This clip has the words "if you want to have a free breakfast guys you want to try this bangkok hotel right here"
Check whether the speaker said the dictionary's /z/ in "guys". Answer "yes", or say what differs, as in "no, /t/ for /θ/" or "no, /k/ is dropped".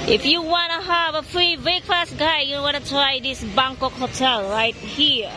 no, /z/ is dropped